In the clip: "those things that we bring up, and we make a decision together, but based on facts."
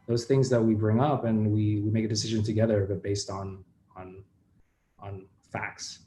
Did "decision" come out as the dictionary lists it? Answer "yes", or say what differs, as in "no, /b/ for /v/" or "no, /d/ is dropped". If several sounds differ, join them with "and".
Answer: yes